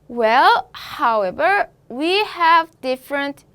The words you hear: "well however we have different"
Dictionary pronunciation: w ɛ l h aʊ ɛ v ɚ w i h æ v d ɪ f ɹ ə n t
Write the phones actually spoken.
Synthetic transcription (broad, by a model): w ɛ l h aʊ ɛ v ɚ w i h æ v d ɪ f ɹ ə n t